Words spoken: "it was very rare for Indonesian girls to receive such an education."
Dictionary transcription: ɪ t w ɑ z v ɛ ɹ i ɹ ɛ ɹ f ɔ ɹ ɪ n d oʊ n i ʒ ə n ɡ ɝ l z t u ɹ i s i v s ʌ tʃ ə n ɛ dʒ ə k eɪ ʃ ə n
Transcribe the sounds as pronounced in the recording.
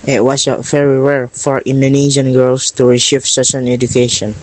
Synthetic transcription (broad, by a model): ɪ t w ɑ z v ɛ ɹ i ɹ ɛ ɹ f ɔ ɹ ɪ n d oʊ n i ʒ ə n ɡ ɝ l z t u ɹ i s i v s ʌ s ə n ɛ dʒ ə k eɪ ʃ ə n